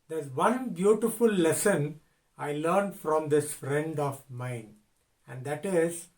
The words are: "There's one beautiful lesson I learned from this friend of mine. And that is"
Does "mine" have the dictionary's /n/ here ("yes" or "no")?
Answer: yes